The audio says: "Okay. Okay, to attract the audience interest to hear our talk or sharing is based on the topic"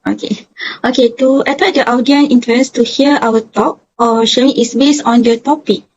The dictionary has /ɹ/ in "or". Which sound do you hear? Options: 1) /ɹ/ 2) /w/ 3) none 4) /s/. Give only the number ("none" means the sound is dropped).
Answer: 2